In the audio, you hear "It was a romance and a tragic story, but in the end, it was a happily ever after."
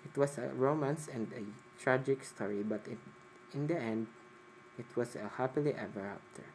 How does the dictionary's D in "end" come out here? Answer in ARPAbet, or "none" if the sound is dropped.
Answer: D